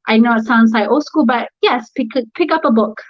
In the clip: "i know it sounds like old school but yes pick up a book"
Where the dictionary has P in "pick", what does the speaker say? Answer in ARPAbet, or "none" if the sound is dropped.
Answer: P